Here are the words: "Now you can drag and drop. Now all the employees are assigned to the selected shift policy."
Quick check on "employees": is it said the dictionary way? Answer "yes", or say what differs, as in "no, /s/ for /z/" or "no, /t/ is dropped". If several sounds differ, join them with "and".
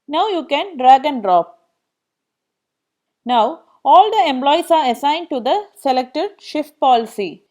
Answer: no, /s/ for /z/